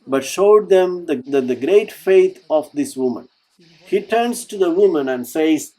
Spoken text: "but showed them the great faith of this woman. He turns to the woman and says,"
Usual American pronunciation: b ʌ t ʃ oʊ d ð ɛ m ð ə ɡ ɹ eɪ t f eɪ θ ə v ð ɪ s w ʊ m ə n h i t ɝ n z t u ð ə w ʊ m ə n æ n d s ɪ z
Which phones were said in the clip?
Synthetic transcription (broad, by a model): b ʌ t ʃ oʊ d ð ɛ m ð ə ɡ ɹ eɪ t f eɪ t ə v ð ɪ s w ʊ m ə n h i t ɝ n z t u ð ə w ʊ m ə n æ n d s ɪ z